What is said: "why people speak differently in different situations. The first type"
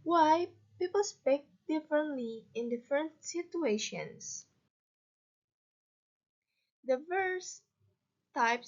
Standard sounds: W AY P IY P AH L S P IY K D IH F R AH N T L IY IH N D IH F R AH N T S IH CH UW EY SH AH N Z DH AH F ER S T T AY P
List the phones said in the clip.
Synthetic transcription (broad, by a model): W AY P IY P AH L S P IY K D IH F R AH N T L IY IH N D IH F R AH N T S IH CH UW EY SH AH N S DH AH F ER S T T AY P